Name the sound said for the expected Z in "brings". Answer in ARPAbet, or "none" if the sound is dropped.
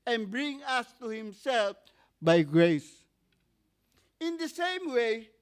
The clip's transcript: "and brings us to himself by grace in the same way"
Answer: none